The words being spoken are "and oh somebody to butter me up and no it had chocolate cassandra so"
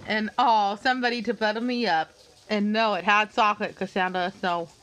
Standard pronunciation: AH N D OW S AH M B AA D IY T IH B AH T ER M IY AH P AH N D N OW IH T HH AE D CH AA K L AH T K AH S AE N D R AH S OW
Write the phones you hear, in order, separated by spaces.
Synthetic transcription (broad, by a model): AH N OW S AH M B AA D IY T IH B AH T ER M IY AH P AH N N OW IH T HH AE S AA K AH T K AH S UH N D AH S OW